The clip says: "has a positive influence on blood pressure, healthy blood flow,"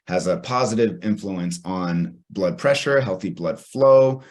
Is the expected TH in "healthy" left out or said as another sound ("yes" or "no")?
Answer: no